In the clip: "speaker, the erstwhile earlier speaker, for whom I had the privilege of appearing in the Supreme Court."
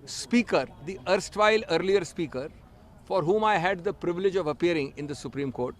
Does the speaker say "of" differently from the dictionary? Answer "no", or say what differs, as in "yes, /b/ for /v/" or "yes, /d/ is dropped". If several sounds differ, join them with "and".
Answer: no